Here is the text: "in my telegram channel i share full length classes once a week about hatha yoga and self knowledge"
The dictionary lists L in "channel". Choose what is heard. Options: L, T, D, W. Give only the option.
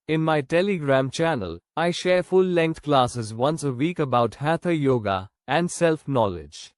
L